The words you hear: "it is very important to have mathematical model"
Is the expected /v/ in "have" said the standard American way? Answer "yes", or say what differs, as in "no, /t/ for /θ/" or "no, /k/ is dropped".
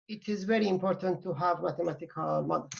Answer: yes